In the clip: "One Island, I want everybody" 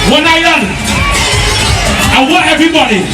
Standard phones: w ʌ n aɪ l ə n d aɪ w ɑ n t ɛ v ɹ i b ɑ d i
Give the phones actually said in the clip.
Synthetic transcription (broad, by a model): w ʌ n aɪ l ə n aɪ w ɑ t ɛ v ɹ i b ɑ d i